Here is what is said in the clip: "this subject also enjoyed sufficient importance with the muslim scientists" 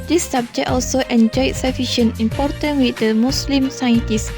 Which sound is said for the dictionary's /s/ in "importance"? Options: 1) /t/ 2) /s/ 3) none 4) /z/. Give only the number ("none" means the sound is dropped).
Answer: 3